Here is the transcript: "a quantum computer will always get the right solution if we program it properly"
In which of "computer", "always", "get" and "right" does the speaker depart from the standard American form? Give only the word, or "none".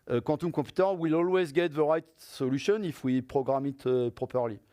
computer